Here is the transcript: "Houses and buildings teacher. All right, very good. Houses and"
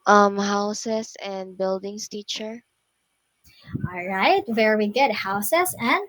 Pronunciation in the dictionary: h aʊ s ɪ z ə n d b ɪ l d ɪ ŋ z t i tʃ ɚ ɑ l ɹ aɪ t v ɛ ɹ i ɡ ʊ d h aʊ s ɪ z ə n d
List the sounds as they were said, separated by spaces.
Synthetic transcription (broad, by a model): h aʊ s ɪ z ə n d b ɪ l d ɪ ŋ s t i tʃ ɚ ɑ l ɹ aɪ t v ɛ ɹ i ɡ ʊ d h aʊ s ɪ s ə n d